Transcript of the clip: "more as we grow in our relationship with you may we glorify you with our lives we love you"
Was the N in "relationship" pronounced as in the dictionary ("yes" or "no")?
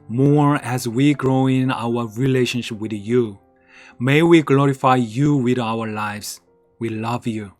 yes